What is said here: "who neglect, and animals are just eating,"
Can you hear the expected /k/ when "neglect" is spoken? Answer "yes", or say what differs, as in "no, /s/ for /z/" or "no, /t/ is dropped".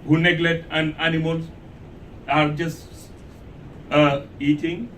no, /k/ is dropped